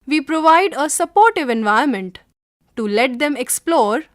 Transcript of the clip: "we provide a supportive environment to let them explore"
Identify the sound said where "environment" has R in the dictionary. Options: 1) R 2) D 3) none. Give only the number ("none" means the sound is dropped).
3